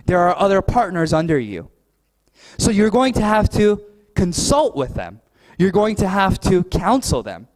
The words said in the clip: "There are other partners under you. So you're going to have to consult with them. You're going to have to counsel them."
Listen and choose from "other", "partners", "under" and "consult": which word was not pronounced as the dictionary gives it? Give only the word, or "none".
none